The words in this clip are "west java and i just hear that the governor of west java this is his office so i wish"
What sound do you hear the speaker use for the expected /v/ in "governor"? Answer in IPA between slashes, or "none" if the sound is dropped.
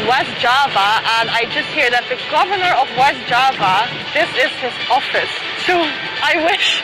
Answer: /v/